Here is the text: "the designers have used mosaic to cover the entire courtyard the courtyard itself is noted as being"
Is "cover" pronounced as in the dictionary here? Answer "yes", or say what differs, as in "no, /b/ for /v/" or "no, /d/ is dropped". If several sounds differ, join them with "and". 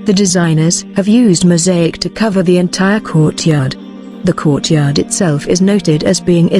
yes